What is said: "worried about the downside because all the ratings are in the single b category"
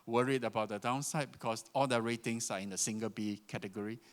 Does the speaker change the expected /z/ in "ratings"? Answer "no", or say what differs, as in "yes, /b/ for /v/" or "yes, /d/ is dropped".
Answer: yes, /s/ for /z/